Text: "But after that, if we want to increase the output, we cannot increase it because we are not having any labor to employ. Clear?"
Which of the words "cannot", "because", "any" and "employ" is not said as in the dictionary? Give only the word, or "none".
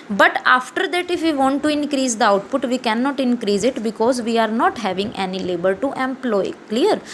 none